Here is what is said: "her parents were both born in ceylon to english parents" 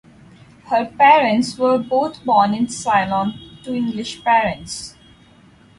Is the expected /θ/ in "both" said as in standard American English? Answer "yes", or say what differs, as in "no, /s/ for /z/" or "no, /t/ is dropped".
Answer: no, /t/ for /θ/